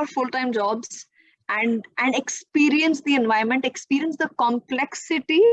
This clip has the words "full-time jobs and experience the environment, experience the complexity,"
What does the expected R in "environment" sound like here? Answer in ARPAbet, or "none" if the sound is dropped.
none